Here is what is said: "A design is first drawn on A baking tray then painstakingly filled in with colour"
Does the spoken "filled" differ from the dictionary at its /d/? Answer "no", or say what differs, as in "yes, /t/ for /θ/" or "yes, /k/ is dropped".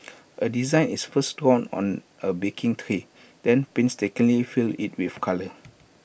yes, /d/ is dropped